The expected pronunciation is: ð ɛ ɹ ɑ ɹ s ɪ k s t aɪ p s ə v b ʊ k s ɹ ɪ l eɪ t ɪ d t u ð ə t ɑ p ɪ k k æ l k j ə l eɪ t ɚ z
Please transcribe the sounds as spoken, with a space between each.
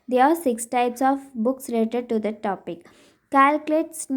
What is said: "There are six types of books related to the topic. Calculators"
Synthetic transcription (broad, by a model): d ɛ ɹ ɑ ɹ s ɪ k s t aɪ p s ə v b ʊ k s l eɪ t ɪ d t u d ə t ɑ p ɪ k k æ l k l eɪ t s